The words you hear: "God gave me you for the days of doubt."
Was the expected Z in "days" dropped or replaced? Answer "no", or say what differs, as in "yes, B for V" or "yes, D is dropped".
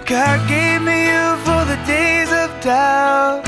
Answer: no